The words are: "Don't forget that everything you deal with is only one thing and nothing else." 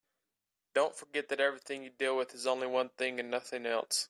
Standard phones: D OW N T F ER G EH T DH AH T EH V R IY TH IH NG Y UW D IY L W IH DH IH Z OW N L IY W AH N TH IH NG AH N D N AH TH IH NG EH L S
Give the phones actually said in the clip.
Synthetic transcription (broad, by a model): D OW N T F ER G EH T DH AH T EH V R IY TH IH NG Y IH D IY L W IH DH IH Z OW N L IY W AH N TH IH NG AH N N AH TH IH NG EH L S